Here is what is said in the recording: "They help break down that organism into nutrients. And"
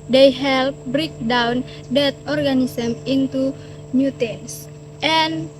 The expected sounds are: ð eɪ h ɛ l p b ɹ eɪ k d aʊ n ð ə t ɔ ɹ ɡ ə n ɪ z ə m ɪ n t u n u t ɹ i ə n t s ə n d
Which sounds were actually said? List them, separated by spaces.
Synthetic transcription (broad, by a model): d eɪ h ɛ l p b ɹ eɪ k d aʊ n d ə t ɔ ɹ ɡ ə n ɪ s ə m ɪ n t u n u t i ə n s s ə n